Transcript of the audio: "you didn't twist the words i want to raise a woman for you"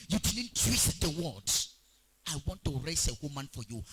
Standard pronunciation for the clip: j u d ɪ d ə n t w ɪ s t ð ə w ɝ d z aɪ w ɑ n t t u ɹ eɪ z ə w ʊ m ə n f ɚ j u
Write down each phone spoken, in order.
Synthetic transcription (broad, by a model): j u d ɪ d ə n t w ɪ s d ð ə w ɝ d aɪ w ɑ n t t u ɹ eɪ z ə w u m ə n f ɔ j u